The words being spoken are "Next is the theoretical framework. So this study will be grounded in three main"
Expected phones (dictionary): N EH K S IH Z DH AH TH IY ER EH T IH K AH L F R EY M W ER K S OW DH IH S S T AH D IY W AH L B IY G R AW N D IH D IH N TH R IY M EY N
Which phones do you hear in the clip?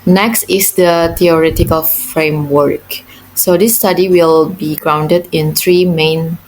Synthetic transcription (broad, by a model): N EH K S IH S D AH T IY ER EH T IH K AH L F R EY M W ER K S OW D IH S S T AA D IY W AH L B IY G R AW N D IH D IH N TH R IY M EY N